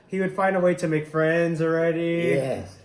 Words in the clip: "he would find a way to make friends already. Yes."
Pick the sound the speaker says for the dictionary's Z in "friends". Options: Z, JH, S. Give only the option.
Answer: Z